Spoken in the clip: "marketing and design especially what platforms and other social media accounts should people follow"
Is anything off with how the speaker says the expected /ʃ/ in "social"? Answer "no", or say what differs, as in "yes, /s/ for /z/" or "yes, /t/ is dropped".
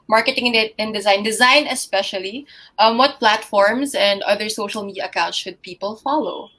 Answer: no